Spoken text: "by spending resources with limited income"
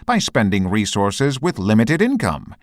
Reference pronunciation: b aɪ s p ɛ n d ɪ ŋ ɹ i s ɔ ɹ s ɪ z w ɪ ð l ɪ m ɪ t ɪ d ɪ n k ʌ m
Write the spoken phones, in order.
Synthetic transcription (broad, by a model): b aɪ s p ɛ n d ɪ ŋ ɹ i s ɔ ɹ s ɪ z w ɪ ð l ɪ m ɪ t ɪ d ɪ n k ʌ m